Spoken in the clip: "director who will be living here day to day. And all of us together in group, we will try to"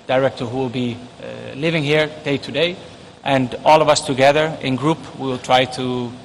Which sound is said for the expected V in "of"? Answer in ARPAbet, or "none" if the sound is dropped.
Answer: V